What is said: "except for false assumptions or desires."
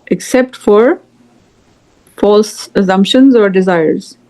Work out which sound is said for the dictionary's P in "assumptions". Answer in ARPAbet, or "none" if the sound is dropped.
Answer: P